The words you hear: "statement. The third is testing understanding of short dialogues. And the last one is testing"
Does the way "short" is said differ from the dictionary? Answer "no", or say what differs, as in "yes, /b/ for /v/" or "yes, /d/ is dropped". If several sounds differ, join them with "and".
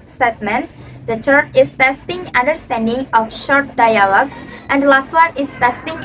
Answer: no